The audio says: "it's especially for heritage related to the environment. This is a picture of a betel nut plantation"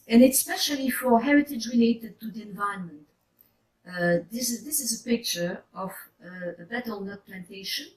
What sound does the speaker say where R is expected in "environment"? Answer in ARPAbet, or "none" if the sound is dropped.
none